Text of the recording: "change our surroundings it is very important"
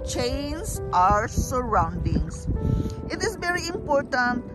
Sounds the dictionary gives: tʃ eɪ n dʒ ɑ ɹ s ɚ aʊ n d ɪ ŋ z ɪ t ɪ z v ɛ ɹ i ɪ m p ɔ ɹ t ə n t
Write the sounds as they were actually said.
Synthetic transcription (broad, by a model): tʃ eɪ n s ɑ ɹ s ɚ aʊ n d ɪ ŋ s ɪ t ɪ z v ɛ ɹ i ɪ m p ɔ ɹ t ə n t